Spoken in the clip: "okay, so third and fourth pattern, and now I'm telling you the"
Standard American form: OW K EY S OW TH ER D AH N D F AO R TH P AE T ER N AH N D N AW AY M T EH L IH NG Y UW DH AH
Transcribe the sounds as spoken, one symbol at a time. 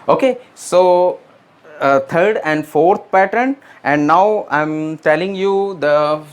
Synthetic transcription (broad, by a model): OW K EY S OW T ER D AH N D F AO R T P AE T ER N AH N D N AW AY M T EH L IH NG Y UW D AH